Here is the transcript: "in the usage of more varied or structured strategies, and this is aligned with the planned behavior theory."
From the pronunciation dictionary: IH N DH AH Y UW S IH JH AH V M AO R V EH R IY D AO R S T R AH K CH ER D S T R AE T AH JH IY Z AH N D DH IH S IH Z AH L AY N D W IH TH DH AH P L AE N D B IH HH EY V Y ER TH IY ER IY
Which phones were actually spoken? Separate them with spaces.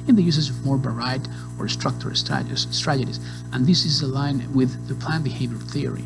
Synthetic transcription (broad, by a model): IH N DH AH Y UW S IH Z AH V M AO R B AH R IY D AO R S T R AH K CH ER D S T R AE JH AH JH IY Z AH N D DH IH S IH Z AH L AY N W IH DH AH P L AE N B IH HH EY V Y ER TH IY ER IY